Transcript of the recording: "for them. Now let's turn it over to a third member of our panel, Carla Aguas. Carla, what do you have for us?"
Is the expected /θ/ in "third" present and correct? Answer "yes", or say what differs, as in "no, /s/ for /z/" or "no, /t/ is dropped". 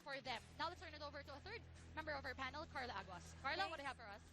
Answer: yes